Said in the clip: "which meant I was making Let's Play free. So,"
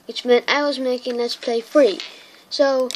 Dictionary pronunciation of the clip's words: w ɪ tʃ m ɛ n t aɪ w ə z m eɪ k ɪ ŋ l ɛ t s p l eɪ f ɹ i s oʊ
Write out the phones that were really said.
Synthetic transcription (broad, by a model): w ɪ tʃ m ɛ n t aɪ w ə z m eɪ k ɪ ŋ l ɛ t s p l eɪ f ɹ i s oʊ